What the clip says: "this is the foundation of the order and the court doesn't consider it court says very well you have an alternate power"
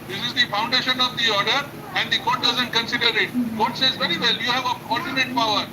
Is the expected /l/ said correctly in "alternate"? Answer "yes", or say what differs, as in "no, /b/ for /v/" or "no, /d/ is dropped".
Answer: no, /l/ is dropped